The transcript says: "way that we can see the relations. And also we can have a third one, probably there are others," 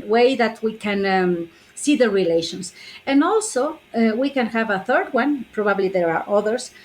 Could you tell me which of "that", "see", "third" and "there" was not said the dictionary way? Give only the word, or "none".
none